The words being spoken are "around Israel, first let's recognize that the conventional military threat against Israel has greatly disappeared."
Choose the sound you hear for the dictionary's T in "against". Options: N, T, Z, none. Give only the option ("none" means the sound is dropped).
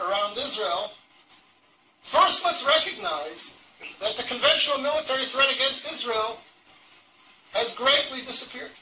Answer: T